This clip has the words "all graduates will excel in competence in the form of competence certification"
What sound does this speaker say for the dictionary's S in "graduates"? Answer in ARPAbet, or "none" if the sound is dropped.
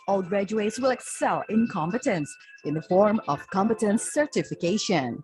S